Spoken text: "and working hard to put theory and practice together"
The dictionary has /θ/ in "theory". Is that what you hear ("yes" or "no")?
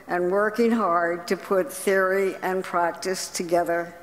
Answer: yes